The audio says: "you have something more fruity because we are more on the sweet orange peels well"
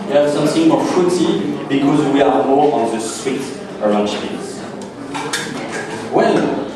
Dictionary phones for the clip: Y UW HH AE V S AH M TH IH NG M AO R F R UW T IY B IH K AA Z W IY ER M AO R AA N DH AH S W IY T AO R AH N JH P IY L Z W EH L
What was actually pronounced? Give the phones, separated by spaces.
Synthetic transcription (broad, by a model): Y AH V S AH M TH IH NG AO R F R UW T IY B IH K AA Z W IY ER M AO R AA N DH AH S W IY T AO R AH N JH F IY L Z W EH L